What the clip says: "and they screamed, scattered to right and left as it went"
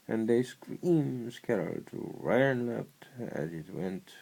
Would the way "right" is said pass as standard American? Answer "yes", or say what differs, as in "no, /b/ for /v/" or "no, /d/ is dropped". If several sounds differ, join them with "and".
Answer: no, /t/ is dropped